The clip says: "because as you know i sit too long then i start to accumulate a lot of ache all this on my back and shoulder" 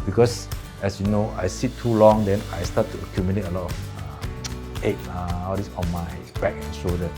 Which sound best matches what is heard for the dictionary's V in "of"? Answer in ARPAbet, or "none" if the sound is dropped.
F